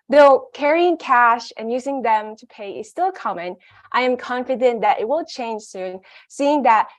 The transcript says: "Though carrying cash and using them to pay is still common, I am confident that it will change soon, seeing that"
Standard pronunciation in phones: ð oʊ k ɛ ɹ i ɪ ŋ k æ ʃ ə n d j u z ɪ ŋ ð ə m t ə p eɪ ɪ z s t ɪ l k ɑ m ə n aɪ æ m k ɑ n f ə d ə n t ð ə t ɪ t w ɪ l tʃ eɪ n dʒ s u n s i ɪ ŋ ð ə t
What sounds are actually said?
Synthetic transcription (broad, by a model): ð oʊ k ɛ ɹ i ɪ ŋ k æ ʃ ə n j u z ɪ ŋ ð ə m t ə p eɪ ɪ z s t ɪ l k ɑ m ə n aɪ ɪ m k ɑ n f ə d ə n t ð ə t ɪ t w ɪ l tʃ eɪ n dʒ s u n s i ɪ ŋ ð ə t